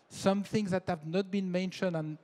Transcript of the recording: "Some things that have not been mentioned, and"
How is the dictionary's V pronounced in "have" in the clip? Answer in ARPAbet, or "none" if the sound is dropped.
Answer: V